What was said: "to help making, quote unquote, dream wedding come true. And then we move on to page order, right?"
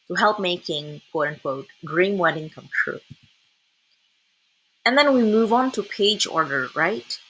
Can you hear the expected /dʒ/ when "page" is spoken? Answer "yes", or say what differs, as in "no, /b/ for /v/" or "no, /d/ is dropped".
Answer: yes